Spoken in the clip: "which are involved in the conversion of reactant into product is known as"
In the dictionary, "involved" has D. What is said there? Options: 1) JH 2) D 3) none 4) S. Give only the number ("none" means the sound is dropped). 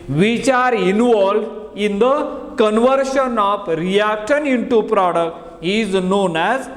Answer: 3